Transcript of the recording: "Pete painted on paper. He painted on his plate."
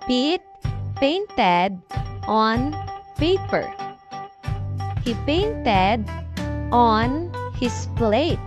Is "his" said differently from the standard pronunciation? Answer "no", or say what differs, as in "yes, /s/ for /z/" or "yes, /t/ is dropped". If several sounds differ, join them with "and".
yes, /s/ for /z/